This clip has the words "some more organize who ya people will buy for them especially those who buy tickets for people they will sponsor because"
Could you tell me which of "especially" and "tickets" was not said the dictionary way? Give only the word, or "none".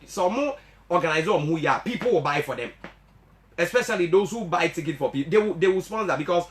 tickets